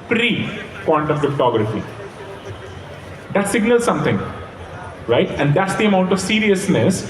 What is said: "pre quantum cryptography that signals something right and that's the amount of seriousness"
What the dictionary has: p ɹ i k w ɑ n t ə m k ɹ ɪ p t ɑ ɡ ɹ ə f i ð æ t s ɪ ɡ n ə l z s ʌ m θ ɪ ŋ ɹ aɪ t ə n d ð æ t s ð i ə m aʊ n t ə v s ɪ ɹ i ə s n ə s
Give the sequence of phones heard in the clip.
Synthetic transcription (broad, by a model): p ɹ i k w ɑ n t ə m k ɹ ɪ p t ɑ ɡ ɹ ə f i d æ t s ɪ ɡ n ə l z s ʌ m t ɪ ŋ ɹ aɪ t ə n d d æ t s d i ə m aʊ n t ə v s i ɹ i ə s n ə s